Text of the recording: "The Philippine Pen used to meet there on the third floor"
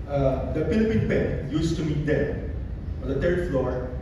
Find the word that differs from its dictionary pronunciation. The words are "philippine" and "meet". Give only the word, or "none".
philippine